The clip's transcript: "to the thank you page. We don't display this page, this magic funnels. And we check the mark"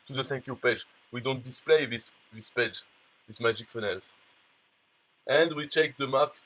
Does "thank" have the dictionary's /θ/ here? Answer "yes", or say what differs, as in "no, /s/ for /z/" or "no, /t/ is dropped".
no, /s/ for /θ/